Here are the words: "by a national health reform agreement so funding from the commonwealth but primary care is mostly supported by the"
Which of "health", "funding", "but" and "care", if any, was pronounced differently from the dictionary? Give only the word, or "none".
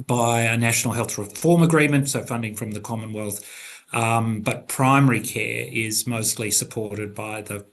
none